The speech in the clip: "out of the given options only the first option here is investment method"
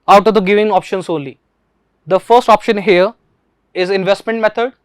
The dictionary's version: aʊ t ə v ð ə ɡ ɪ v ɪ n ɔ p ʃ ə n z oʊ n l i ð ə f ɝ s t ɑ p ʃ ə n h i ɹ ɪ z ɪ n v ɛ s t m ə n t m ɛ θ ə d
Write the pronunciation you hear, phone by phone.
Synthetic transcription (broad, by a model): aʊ t ə v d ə ɡ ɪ v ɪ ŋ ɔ p ʃ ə n s oʊ n l i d ə f ɝ s t ɑ p ʃ ə n h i ɹ ɪ z ɪ n v ɛ s t m ə n t m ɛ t ə d